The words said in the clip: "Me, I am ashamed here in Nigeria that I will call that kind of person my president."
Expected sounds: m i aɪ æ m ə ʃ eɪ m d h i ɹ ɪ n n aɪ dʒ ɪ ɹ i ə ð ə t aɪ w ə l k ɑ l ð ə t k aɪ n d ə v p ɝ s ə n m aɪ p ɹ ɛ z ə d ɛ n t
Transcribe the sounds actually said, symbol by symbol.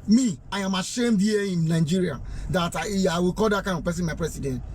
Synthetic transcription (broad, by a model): m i aɪ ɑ m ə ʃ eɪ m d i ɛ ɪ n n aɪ dʒ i ɹ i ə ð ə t aɪ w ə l k ɑ l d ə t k aɪ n ə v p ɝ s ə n m aɪ p ɹ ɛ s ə d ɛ n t